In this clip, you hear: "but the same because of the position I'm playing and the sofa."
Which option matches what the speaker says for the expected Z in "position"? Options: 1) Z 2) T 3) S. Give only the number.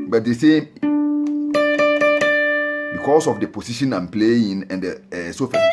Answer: 3